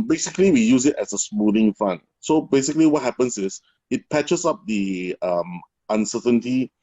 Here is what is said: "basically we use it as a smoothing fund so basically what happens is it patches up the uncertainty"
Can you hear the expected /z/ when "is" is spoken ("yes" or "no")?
no